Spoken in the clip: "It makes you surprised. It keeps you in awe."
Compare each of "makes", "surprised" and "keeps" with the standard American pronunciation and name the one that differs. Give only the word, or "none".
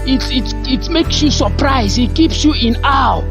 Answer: surprised